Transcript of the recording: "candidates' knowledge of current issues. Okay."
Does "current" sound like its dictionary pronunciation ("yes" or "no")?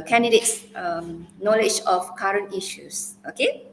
yes